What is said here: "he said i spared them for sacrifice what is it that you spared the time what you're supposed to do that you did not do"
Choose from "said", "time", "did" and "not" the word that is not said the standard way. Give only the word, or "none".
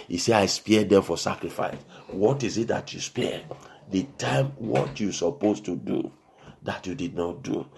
said